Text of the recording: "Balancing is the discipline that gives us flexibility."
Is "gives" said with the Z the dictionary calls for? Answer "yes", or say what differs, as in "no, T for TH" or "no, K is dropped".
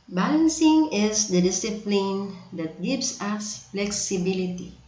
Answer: no, S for Z